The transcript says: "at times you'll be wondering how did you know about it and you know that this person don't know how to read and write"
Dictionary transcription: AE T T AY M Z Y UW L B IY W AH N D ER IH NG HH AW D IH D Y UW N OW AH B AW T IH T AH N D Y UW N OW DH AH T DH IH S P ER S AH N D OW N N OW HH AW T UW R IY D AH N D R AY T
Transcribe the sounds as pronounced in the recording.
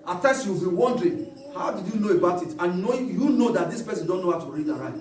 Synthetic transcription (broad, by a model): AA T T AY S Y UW W B IY W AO N D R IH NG HH AW D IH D Y UW N OW AH B AW T IH T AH N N Y UW N OW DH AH T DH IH S P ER S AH N D OW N N OW HH AW T UW R IY D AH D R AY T